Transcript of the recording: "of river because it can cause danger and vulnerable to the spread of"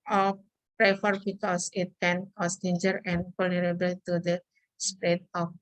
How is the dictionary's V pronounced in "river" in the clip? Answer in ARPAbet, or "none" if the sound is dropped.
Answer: F